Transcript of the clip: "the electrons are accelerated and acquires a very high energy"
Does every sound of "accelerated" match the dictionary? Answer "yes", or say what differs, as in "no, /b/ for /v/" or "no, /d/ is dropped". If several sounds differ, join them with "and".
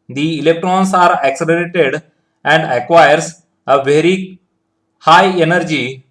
yes